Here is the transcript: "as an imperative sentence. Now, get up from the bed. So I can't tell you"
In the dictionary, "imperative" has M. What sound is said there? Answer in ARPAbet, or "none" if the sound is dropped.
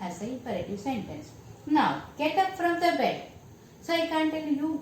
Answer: none